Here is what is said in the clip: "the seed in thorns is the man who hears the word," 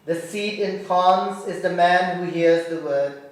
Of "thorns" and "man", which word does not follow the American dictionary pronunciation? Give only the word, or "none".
thorns